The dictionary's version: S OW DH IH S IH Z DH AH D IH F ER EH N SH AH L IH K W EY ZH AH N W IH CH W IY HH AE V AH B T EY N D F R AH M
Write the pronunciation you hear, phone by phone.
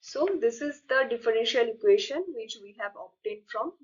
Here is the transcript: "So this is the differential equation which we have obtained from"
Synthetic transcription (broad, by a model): S OW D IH S IH Z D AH D IH F ER EH N SH AH L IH K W EY SH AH N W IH CH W IY HH AE V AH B T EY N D F R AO M